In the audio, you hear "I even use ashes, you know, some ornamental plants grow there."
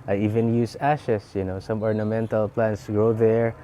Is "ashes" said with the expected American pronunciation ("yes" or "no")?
no